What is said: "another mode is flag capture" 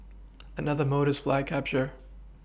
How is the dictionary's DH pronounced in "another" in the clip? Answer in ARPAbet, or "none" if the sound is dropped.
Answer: DH